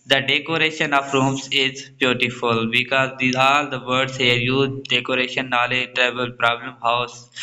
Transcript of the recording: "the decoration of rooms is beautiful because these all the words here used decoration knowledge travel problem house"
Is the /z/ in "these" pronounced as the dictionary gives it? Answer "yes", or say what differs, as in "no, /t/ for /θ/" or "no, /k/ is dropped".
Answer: no, /z/ is dropped